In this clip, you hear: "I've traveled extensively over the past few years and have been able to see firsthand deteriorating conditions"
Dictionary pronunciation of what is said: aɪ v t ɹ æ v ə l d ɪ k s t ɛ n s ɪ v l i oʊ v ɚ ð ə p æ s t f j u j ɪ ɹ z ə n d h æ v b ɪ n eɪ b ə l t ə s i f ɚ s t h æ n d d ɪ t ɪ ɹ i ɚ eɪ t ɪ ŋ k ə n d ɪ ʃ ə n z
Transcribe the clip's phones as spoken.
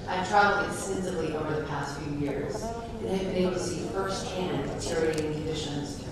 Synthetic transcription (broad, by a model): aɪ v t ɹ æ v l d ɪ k s t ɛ n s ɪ v l i oʊ v ɚ ð ə p æ s t f j u j ɪ ɹ z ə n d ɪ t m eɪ ə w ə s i f ɚ s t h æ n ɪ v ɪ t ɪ ɹ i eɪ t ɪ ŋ k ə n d ɪ ʃ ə n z